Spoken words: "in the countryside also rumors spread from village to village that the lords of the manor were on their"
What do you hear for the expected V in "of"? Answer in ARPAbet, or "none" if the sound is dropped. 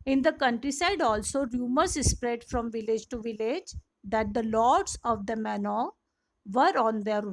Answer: V